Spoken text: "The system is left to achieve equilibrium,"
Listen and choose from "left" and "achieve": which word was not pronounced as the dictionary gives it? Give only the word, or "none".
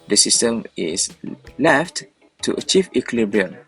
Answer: none